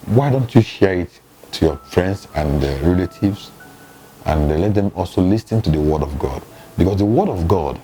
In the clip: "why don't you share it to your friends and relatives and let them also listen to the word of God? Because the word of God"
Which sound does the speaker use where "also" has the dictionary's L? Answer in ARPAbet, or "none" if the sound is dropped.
L